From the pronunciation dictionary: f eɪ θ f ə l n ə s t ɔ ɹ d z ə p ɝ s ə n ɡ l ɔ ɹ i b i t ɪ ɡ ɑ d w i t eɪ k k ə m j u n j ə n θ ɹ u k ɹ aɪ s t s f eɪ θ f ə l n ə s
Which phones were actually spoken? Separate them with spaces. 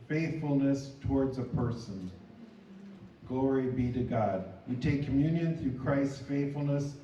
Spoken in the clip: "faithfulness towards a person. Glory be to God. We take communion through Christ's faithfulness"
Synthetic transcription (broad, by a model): f eɪ θ f l n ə s t ɔ ɹ d z ə p ɝ s ə n ɡ l ɔ ɹ i b i t ɪ ɡ ɑ d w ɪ t eɪ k k ə m j u n j ə n θ ɹ u k ɹ aɪ s t s f eɪ θ f l n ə s